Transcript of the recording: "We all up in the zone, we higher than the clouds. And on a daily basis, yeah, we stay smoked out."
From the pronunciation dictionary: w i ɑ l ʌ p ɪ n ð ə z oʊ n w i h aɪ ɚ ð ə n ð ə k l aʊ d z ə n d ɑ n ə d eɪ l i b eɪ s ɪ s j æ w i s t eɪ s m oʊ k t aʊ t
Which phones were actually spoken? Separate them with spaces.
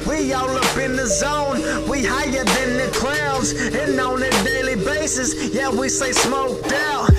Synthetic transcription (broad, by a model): w i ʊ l ʌ p ɪ n ð ə z oʊ n w i h aɪ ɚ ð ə n ð ə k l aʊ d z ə n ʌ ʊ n ə d eɪ l i b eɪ s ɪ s j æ w i s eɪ s m oʊ k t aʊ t